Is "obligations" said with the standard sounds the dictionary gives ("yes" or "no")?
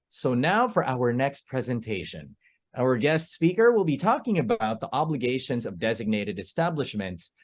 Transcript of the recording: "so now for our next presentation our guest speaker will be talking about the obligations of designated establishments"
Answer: yes